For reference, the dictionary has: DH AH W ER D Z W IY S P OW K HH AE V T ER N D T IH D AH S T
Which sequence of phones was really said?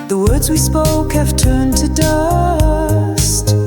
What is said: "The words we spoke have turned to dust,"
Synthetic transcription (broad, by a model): DH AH W ER D Z W IY S P OW K HH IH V T ER N T IH D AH S T